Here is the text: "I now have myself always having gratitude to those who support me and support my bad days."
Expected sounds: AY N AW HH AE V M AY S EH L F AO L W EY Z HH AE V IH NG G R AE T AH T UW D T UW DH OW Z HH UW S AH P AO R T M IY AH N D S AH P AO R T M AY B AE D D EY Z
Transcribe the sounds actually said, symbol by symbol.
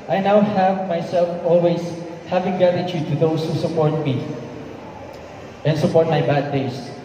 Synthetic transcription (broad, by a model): AY N AW HH AE V M AY S EH L F AO L W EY S HH AE V IH NG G AE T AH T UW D T UW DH OW S HH UW S AH P AO R T M IY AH N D S AH P AO R T M AY B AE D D EY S